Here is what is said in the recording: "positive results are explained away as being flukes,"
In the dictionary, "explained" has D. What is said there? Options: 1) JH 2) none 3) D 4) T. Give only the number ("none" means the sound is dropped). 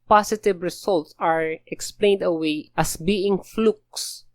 3